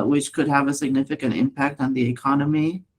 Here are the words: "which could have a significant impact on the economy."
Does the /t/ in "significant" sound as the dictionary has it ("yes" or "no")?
yes